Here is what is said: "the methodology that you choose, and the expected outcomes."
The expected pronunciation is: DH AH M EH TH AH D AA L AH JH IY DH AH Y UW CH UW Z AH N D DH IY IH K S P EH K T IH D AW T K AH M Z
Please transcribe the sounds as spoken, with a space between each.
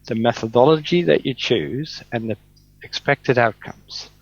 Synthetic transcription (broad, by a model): DH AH M EH TH AH D AA L AH JH IY DH AH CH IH CH UW Z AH N DH IY IH K S P EH K T IH D AW T K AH M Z